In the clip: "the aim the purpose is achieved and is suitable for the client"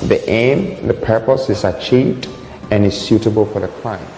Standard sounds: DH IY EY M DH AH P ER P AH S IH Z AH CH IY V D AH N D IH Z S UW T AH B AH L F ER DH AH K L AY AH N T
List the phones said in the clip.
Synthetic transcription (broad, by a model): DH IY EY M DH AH P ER P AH S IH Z AH CH IY V D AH N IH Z S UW T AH B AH L F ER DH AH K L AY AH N